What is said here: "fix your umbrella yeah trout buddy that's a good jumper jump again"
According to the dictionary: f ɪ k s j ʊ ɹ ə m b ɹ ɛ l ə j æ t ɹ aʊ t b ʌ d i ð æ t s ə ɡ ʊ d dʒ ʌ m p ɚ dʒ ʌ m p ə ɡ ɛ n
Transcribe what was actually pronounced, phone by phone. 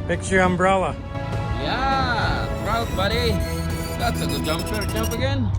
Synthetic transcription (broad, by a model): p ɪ k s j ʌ ɹ ə m b ɹ ɛ l ə j æ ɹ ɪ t b ʌ d i ð æ t s ə ɡ ʊ d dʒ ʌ m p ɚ dʒ ʌ m p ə ɡ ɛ n